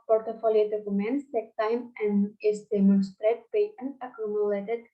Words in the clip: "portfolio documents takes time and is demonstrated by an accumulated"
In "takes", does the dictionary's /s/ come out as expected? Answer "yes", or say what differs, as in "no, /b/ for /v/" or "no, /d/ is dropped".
no, /s/ is dropped